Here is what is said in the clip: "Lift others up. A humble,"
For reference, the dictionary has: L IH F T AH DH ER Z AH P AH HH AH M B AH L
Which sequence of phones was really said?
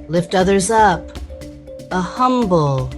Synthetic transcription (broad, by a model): L IH F T AH DH ER Z AH P AH HH AH M B L